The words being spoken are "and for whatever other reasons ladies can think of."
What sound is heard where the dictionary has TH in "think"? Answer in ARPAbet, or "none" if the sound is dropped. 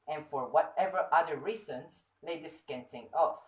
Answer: T